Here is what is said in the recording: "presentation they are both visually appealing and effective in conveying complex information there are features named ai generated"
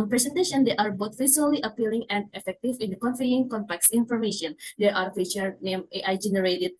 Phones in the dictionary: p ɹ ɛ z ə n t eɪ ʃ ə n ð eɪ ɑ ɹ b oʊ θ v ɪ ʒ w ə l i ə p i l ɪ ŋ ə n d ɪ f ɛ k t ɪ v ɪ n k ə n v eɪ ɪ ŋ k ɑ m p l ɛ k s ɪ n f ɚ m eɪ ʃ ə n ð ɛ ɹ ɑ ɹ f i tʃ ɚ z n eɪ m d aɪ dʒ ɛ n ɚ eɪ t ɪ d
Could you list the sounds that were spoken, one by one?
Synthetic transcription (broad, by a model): p ɹ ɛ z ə n t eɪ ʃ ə n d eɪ ɑ ɹ b oʊ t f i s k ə l i ə p i l ɪ ŋ ə n d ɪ f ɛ k t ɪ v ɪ n k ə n f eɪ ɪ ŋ k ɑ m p l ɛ k s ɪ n f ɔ m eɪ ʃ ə n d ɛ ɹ ɑ ɹ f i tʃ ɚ n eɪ m aɪ dʒ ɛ n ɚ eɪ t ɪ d